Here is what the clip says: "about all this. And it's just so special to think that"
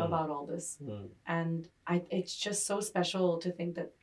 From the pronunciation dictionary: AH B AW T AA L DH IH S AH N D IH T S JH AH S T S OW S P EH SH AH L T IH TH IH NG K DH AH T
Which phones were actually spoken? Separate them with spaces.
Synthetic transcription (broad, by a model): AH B AW T AA L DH IH S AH N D IH T S JH AH S T S OW S P EH SH L T IH TH IH NG K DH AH T